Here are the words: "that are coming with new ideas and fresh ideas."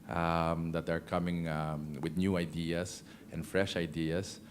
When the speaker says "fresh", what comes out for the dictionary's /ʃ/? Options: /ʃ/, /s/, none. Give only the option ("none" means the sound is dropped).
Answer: /ʃ/